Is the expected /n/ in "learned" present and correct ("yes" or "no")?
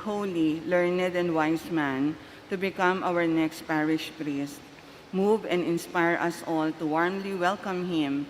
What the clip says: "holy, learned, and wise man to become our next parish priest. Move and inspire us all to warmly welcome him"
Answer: yes